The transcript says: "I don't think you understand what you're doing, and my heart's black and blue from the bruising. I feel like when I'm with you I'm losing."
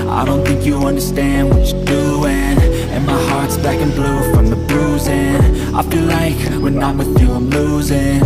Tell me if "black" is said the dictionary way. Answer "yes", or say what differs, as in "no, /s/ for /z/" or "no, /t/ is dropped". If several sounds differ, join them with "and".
no, /l/ is dropped